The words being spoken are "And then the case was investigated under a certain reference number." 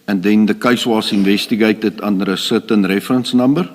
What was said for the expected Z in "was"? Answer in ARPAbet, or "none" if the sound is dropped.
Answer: S